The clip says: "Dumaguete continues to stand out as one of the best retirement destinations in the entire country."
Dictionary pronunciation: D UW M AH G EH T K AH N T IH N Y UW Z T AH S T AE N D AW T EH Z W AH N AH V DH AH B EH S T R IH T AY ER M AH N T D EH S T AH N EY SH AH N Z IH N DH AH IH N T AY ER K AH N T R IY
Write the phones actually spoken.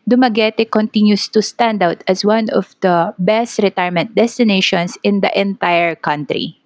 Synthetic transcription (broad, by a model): D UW M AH G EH T K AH N T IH N Y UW S T AH S T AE N D AW T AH S W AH N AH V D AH B EH S T R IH T AY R M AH N T D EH S T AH N EY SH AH N S IH N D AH IH N T AY ER K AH N T R IY